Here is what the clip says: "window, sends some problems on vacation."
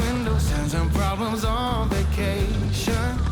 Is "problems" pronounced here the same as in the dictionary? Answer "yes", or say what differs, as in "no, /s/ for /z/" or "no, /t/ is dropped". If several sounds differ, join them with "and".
yes